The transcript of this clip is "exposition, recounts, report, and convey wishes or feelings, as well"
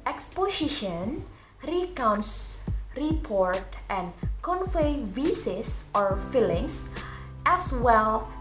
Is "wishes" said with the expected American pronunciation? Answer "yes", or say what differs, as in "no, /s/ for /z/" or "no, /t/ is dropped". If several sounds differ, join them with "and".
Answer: no, /s/ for /ʃ/ and /s/ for /z/